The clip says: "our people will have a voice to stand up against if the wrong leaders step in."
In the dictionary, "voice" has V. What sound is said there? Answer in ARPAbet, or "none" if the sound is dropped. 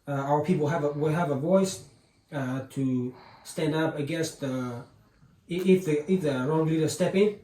V